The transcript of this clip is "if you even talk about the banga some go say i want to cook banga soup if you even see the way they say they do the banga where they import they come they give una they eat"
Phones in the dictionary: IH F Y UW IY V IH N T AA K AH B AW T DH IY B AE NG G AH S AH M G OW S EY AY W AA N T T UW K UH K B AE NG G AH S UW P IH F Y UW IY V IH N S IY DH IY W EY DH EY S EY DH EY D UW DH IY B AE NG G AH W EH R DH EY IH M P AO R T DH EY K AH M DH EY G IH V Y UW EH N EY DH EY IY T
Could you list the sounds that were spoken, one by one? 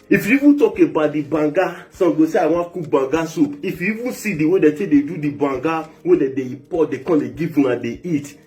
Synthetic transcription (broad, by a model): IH F Y UW IY V IH N T AA K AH B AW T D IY B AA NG G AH S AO G OW S EY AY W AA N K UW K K B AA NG G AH S UW P IH F Y UW IY V IH N S IY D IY W EY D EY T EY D EY D UW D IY B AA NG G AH W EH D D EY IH P AO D EY K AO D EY G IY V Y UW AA N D EY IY T